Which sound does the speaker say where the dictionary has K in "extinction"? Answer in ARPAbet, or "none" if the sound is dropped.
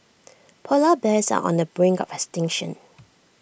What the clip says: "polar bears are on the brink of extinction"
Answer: none